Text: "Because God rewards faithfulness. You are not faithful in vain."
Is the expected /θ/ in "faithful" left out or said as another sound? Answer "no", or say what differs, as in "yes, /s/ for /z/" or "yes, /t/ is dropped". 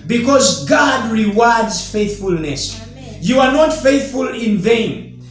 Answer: no